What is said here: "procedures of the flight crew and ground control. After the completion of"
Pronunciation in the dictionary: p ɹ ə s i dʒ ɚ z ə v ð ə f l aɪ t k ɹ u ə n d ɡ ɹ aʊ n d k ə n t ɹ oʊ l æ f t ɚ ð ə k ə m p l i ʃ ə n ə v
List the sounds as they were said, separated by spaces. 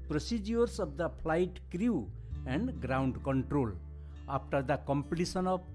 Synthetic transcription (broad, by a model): p ɹ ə s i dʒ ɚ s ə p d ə p l aɪ t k ɹ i ə n d ɡ ɹ aʊ n d k ə n t ɹ oʊ l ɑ p t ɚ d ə k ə m p l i s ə n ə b